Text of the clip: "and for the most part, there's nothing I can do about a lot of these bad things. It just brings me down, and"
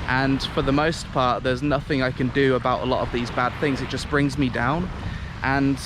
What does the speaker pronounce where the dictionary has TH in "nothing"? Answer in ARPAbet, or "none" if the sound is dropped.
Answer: TH